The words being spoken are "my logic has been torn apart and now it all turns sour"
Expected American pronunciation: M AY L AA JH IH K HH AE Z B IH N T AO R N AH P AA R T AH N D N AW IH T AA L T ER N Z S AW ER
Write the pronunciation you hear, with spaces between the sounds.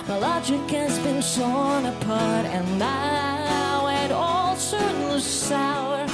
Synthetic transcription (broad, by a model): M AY L AA JH IH K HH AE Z B IH N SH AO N AH P AA R T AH N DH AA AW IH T AA L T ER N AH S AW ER